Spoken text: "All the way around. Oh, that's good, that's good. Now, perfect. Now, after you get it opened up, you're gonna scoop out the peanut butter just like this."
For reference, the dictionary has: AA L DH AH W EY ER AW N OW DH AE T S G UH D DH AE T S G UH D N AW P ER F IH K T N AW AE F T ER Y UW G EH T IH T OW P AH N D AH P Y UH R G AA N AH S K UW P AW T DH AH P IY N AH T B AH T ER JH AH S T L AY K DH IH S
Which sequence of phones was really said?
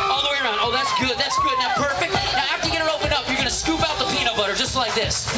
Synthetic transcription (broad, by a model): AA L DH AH W EY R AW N OW DH AE T S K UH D DH AE T S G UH D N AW P ER F IH K T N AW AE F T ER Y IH G EH T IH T OW P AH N AH P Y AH R G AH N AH S K UW P AW T DH AH P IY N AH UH B AH T ER JH AH S T L AY K DH IH S